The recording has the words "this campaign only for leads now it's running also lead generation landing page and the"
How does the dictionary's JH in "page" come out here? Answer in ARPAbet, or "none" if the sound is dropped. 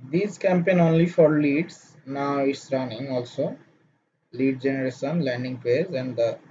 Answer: Z